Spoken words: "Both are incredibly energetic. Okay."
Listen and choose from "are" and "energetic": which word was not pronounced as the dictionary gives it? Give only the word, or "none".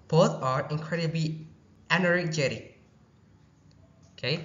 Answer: energetic